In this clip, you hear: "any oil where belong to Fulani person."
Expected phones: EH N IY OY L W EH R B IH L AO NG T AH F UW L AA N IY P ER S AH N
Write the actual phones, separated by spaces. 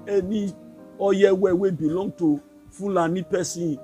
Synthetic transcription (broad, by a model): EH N IY OY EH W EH W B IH L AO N T AH F UW L AA N IY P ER S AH